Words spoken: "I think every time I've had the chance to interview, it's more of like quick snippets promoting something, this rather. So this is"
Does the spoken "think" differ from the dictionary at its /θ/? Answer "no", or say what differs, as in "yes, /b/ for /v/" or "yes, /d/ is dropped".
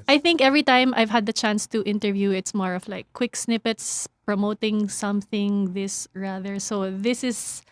no